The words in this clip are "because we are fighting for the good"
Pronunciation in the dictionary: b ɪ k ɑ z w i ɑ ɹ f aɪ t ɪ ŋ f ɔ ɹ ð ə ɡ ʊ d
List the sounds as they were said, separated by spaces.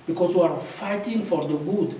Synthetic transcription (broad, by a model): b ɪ k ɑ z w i ɑ ɹ f aɪ t ɪ ŋ f ɔ ɹ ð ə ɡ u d